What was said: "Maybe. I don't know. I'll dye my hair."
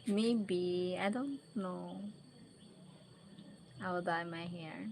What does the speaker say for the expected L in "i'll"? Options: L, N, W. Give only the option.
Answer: W